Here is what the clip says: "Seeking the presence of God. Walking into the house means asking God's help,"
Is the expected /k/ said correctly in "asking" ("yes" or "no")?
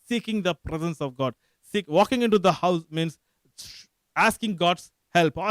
yes